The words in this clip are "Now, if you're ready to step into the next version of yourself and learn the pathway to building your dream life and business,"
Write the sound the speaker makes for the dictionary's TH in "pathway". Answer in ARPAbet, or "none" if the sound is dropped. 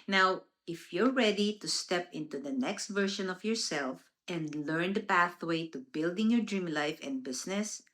TH